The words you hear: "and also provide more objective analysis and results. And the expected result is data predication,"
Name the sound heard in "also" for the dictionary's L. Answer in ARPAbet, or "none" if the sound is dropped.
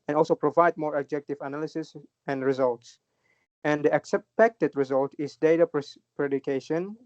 L